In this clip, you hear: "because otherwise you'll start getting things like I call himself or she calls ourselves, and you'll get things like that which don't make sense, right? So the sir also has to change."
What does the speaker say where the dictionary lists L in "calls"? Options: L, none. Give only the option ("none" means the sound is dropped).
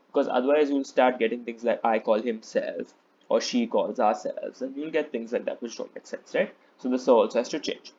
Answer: L